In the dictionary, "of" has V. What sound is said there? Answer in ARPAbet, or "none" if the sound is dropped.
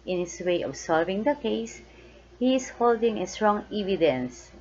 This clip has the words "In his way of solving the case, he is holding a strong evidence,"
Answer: B